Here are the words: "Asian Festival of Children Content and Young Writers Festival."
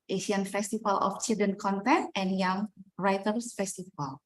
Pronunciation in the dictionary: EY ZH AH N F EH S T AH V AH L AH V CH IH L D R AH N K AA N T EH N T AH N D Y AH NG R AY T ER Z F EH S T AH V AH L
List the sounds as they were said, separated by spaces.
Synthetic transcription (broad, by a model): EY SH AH N F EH S T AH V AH L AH F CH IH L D AH N K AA N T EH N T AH N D Y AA NG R AY T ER S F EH S T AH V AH L